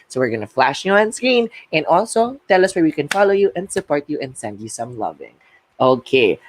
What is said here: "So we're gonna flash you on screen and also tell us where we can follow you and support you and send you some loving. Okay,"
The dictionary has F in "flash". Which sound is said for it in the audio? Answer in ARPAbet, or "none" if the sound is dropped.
F